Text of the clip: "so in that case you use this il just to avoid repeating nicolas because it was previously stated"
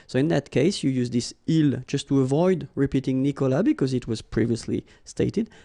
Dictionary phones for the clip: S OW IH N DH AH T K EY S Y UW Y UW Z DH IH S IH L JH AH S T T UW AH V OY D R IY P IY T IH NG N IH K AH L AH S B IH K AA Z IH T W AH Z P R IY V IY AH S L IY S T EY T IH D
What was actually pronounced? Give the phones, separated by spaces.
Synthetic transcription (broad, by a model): S OW IH N DH AH T K EY S Y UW Y UW Z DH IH S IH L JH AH S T T UW AH V OY D R IY P IY T IH NG N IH K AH L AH B IH K AA Z IH T W AH Z P R IY V IY AH S L IY S T EY T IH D